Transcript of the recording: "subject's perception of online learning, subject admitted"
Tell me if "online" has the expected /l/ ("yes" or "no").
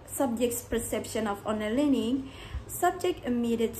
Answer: no